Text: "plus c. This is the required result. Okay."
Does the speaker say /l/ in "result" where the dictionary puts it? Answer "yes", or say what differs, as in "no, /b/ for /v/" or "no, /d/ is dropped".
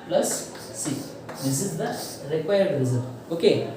no, /l/ is dropped